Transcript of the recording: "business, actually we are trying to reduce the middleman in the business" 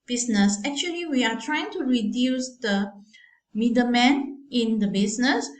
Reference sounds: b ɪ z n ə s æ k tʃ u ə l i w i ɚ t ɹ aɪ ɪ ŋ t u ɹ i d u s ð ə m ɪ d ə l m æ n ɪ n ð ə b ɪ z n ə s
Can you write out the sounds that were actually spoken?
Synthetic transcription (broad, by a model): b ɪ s n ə s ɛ k tʃ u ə l i w i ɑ t ɹ aɪ ɪ ŋ t u ɹ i d u s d ə m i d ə m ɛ n ɪ n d ə b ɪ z n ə s